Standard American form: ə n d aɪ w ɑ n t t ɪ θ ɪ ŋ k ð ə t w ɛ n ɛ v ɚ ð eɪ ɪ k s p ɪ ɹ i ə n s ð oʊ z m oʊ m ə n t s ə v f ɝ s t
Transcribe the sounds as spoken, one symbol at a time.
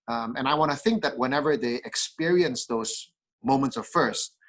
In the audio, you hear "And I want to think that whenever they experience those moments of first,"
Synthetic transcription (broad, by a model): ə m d aɪ w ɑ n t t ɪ θ ɪ ŋ k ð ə t w ɛ n ɛ v ɚ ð eɪ ɪ k s p ɪ ɹ i ə n s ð oʊ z m oʊ m ə n t s ə v f ɝ s t